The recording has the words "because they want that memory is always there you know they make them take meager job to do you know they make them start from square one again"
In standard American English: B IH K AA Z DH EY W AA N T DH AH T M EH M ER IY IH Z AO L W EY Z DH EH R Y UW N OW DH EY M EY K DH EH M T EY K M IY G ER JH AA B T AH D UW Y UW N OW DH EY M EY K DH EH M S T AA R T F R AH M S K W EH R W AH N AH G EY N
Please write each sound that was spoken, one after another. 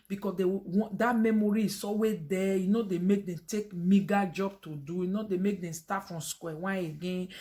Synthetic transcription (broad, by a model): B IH K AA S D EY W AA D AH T M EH M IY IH S AO W EY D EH Y UW N OW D EY M EY K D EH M T EY K M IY G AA JH AA B T AH D UW Y UW N OW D EY M EY K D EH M S T AA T F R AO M S K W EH W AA AH G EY N